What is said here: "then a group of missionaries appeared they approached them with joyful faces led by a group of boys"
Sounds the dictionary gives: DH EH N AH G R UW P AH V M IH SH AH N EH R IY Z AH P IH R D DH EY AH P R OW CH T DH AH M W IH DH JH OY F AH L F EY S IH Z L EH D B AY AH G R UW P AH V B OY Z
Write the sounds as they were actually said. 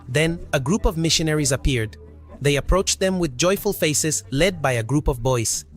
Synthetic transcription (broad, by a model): DH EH N AH G R UW P AH V M IH SH AH N EH R IY Z AH P IH R D DH EY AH P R OW CH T DH AH M W IH DH JH OY F AH L F EY S IH Z L EH D B AY AH G R UW P AH V B OY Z